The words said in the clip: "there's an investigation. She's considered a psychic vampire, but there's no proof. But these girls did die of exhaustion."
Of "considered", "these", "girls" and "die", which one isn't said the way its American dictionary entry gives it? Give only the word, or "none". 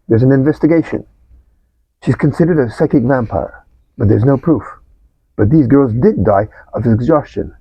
none